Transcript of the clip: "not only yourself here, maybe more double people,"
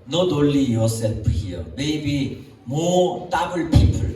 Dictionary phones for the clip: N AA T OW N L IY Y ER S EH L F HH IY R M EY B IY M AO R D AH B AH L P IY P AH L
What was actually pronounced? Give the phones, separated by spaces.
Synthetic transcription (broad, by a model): N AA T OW L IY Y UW S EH L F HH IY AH M EY B IY M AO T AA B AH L P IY P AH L